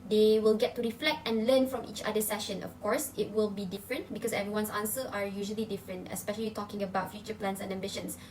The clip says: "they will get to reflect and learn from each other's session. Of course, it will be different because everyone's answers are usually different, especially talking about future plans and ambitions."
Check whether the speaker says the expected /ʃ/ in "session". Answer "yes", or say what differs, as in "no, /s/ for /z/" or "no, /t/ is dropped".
yes